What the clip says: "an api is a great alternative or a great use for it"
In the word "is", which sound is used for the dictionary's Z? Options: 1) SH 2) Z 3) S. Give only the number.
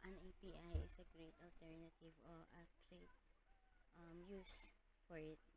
3